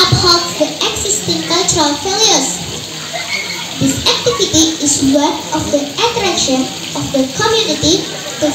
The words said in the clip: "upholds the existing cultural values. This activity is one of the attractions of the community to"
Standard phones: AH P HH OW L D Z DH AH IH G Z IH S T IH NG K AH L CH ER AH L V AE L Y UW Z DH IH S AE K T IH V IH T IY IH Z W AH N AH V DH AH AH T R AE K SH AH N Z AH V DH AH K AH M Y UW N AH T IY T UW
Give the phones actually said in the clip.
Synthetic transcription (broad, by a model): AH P HH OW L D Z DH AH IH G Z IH S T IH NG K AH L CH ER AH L F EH L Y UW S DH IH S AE K T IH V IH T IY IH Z W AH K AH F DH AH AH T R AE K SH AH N AH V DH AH K AH M Y UW N AH T IY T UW